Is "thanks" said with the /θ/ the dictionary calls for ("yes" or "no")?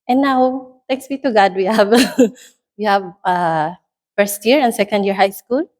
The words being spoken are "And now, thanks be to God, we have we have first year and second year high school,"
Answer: no